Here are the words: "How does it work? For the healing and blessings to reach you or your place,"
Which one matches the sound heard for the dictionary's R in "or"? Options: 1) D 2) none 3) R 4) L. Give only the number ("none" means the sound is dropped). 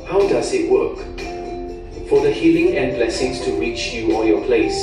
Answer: 4